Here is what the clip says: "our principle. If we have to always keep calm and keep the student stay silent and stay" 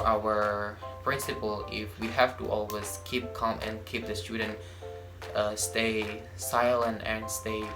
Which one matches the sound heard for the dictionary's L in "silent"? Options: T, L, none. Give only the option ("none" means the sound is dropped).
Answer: L